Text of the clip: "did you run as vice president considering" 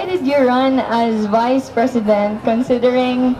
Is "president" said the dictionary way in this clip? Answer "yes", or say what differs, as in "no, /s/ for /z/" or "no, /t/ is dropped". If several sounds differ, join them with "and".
no, /s/ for /z/